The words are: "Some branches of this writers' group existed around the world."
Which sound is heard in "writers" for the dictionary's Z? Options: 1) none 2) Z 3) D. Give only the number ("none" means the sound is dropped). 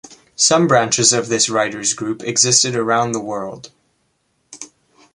2